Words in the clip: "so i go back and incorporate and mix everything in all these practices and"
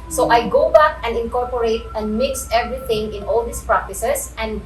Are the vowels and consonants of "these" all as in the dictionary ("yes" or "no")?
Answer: no